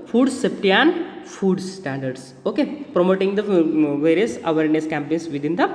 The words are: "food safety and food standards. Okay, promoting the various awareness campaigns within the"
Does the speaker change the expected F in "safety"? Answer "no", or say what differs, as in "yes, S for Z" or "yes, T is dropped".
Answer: yes, P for F